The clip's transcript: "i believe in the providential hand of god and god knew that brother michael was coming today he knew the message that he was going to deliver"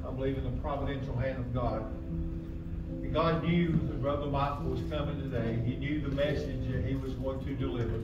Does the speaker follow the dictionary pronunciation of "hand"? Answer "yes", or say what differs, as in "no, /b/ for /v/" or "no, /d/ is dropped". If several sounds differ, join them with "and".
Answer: yes